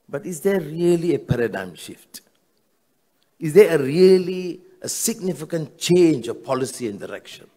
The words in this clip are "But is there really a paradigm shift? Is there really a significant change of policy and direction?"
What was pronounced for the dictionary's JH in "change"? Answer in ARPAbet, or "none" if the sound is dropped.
JH